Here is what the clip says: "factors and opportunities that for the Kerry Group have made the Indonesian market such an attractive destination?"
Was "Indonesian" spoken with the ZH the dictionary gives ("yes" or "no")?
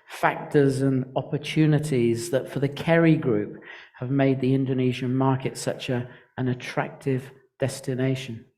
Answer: yes